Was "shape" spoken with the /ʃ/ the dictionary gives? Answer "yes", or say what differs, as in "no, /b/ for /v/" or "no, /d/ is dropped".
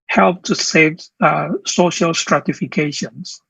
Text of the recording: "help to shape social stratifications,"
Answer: no, /s/ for /ʃ/